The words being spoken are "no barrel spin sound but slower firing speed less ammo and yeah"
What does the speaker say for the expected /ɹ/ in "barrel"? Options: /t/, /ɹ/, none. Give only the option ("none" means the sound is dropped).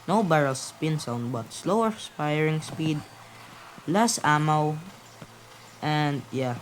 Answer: /ɹ/